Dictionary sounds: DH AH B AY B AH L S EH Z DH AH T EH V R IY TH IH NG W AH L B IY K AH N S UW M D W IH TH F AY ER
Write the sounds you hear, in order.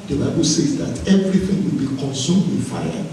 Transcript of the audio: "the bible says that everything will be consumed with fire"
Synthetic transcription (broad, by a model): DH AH B AY B AH L S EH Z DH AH T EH V R IY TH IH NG W AH L B IY K AH N S UW M D W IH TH F AY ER